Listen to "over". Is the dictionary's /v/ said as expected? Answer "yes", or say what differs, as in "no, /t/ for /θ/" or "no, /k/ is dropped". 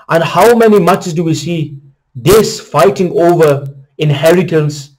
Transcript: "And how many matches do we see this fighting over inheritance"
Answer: yes